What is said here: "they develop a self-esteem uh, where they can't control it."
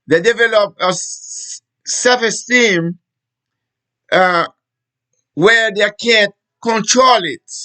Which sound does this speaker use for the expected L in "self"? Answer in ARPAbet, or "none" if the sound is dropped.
none